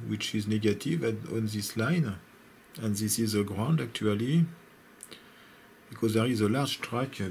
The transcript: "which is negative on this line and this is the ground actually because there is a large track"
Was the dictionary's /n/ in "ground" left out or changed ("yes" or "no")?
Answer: no